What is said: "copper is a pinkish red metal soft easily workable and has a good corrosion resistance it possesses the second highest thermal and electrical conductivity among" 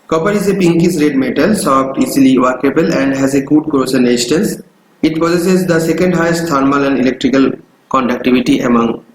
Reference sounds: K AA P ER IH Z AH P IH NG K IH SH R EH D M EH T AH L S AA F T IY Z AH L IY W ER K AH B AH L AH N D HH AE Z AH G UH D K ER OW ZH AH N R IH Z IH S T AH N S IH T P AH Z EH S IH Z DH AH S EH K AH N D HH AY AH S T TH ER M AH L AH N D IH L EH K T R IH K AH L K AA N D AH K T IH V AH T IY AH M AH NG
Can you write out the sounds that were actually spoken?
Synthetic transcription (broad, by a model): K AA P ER IH Z AH P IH NG K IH S R EH D M EH T AH L S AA P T IY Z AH L IY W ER K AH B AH L AH N D HH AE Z AH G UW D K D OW S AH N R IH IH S T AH N S IH T P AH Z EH S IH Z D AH S EH K AH N D HH AY AH S T T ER M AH L AH N D IH L EH K T R IH K AH L K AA N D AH K T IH V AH T IY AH M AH NG